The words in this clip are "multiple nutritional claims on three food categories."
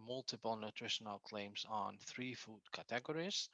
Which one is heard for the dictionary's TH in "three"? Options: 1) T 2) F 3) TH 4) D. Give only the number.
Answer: 3